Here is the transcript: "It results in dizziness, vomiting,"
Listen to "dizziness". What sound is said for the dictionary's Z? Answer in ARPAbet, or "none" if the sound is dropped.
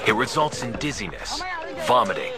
Z